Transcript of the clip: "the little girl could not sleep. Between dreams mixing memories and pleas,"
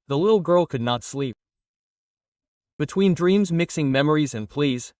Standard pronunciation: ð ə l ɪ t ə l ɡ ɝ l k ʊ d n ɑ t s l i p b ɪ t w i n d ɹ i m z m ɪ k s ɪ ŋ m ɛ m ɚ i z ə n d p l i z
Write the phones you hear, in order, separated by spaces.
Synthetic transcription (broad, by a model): ð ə l ɪ t l ɡ ɝ l k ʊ d n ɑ t s l i p b ɪ t w i n d ɹ i m z m ɪ k s ɪ ŋ m ɛ m ɚ i z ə n p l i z